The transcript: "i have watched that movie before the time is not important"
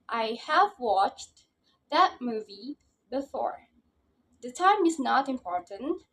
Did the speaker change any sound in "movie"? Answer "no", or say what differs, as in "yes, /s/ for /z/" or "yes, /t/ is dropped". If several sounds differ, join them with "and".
no